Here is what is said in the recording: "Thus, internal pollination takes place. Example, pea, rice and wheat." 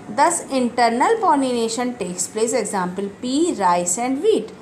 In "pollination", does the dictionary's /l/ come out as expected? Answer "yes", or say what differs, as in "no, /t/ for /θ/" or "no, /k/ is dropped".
no, /n/ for /l/